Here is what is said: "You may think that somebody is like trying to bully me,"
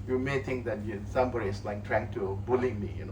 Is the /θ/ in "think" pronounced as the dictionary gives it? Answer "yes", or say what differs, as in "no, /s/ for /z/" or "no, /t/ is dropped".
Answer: no, /t/ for /θ/